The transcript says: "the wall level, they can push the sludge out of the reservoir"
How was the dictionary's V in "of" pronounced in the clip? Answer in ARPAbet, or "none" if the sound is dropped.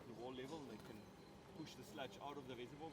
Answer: V